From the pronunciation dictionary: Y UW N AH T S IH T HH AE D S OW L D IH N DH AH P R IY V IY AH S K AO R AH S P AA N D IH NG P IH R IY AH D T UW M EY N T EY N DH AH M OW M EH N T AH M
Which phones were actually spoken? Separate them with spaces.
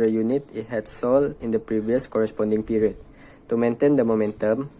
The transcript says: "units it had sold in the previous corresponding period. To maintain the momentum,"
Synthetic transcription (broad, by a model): Y UW N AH T IH T HH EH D S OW L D IH N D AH P R IY V IY AH S K AO R AH S P AA N D IH NG P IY R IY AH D T UW M EY N T EY N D AH M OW M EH N T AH M